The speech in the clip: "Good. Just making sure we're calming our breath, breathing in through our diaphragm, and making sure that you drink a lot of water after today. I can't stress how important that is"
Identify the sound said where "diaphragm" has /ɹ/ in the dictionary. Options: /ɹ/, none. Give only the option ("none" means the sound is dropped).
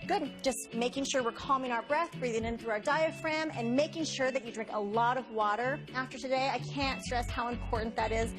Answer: /ɹ/